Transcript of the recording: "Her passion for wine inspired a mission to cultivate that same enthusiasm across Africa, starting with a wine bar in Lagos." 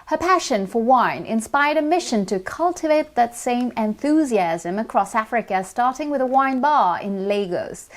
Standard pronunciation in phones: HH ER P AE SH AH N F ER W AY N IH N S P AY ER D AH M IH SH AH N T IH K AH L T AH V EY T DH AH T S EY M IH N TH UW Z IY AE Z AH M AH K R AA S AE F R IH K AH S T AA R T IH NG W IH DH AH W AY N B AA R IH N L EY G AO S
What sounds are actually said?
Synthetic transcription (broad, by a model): HH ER P AE SH AH N F ER W AY N IH N S P AY ER D AH M IH SH AH N T IH K AH L T AH V EY T DH AH T S EY M IH N TH UW Z IY AE Z AH M AH K R AA S AE F R IH K AH S T AA R T IH NG W IH DH AH W AY N B AA R IH N L EY G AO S